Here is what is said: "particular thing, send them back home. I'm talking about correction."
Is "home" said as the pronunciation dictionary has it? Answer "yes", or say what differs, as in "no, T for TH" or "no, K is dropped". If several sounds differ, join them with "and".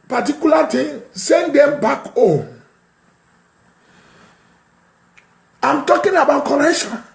no, M is dropped